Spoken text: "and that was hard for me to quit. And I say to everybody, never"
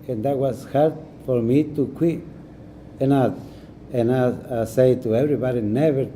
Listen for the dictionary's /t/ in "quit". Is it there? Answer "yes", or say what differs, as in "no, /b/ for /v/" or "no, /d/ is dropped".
no, /t/ is dropped